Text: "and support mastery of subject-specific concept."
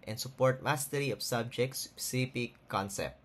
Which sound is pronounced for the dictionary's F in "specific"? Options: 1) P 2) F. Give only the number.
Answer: 1